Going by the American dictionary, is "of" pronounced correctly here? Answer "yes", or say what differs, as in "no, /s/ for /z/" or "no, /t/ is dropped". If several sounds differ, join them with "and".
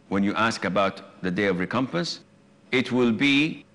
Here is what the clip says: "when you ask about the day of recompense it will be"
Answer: yes